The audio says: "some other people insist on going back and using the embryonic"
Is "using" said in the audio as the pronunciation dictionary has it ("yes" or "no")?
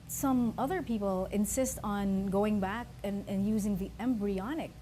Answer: yes